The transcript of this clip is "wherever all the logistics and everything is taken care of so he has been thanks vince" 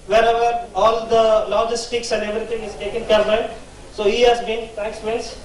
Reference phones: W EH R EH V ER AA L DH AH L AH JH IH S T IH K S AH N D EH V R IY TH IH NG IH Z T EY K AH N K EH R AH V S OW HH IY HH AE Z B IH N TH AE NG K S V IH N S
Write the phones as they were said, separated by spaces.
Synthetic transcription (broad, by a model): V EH R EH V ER AA L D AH L AH JH IH S T IH K S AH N D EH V R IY T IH NG IH Z T EY K AH N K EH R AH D S OW HH IY HH AE Z B IH N T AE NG K S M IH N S